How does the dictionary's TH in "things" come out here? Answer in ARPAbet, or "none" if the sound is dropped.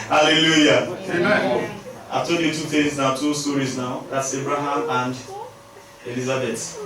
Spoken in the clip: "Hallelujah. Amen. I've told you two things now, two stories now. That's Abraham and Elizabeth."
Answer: T